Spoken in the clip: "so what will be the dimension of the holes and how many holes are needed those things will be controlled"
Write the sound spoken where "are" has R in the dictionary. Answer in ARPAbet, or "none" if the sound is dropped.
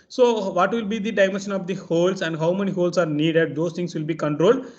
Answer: R